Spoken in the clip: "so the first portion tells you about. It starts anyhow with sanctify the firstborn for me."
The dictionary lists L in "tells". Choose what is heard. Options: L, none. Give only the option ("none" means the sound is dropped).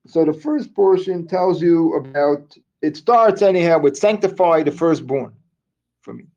L